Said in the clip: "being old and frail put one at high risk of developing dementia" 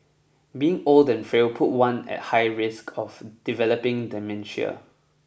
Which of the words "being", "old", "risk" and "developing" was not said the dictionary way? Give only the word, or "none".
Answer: none